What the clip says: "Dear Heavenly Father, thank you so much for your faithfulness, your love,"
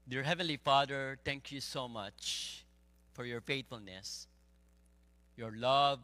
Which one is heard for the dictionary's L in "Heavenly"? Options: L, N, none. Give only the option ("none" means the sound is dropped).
L